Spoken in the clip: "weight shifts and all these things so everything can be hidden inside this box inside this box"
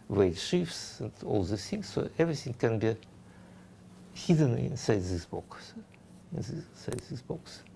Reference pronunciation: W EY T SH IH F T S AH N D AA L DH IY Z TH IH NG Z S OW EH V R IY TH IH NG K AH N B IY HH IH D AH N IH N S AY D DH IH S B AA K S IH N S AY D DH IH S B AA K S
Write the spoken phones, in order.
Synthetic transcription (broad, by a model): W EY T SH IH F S AH N D AA L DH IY TH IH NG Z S OW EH V R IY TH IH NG K AH N B IY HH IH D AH N IH N S AY D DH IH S B AA K S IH N S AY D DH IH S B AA K S